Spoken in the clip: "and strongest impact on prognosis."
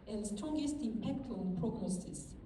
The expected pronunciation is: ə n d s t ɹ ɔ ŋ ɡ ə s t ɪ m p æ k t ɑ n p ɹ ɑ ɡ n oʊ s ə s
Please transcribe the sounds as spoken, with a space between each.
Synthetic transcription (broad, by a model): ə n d s t ɹ ɔ ŋ ɡ ə s t ɪ m p æ k t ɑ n p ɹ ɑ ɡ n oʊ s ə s